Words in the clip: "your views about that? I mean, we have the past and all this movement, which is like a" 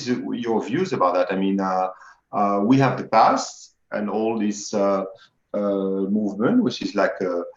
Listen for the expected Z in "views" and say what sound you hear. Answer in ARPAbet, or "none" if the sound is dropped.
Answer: Z